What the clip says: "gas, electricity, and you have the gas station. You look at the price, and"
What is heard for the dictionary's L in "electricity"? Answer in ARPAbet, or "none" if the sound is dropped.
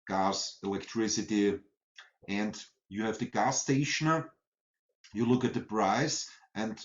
L